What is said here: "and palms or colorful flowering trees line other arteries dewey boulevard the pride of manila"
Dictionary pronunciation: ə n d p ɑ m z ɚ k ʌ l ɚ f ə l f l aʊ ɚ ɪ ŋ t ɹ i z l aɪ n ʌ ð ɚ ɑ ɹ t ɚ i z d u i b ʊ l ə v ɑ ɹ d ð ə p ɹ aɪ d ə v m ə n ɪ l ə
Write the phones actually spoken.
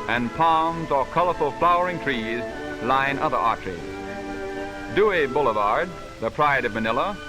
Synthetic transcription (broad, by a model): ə n p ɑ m z ɚ k ʌ l ɚ f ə l f l aʊ ɚ ɪ ŋ t ɹ i z l aɪ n ʌ ð ɚ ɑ ɹ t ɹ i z d u i b ʊ l ə v ɑ ɹ d ð ə p ɹ aɪ d ə v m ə n ɪ l ə